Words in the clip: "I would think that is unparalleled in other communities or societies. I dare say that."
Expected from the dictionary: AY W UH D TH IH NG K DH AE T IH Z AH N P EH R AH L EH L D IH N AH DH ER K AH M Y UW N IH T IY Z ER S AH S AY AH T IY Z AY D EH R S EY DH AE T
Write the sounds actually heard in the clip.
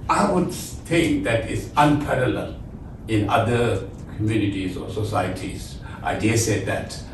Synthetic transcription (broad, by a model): AY W UH D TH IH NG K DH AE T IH S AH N P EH R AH L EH L IH N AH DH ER K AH M Y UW N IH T IY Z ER S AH S AY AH T IY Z AY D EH S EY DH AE T